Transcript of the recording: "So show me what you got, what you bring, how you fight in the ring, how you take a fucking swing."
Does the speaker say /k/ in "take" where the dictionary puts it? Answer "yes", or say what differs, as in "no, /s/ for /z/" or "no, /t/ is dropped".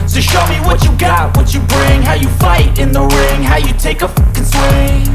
no, /k/ is dropped